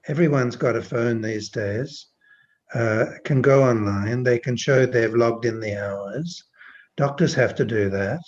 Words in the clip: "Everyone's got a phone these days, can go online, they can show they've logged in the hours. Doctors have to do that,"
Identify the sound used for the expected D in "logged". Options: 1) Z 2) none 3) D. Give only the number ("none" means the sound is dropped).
3